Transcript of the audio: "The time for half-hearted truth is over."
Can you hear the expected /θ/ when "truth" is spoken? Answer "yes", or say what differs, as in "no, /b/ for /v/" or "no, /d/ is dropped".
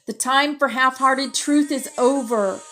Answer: yes